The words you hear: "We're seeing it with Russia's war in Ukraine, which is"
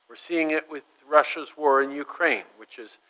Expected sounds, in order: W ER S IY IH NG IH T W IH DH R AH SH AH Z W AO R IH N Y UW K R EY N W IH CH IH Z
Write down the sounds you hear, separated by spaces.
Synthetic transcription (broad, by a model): W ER S IY IH NG IH T W IH DH R AH SH AH Z W AO R IH N Y UW K R EY N W IH CH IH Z